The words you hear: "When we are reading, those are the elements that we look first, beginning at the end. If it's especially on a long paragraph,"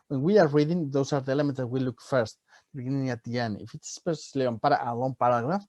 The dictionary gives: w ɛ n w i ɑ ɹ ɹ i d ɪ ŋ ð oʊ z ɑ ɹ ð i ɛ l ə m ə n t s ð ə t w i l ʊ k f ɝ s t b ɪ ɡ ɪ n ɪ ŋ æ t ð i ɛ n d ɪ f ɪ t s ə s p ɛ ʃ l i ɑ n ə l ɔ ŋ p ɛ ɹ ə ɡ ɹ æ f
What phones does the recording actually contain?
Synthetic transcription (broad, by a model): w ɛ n w i ɑ ɹ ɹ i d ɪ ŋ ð oʊ s ɑ ɹ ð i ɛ l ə m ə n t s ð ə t w i l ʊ k f ɝ s t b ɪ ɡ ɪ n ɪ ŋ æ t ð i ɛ n ɪ f ɪ t s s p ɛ s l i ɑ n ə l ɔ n p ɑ ɹ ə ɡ ɹ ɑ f